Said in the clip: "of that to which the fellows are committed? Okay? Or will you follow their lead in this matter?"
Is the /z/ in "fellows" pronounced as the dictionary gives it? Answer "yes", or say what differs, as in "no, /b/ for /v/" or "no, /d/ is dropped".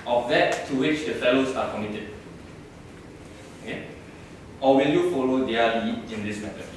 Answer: no, /s/ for /z/